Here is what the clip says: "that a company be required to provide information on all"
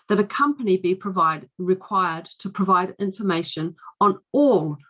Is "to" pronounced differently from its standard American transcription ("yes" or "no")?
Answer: no